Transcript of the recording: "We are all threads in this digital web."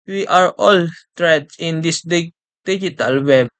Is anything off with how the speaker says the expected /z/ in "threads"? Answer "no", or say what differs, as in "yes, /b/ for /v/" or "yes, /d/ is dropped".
yes, /z/ is dropped